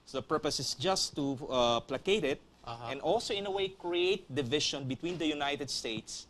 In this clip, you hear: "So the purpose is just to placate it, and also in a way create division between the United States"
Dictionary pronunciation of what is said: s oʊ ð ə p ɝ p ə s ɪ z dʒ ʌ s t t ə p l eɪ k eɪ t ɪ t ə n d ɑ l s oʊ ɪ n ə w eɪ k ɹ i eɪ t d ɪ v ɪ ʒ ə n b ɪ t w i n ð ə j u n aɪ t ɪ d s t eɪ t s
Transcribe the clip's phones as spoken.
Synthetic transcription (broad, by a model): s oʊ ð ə p ɝ p ə s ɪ s dʒ ʌ s t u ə p l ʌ k eɪ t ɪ t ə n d ɑ l s oʊ ɪ n ə w eɪ k ɹ i eɪ t d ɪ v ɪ ʃ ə n b ɪ t w i n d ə j u n aɪ t ɪ d s t eɪ t s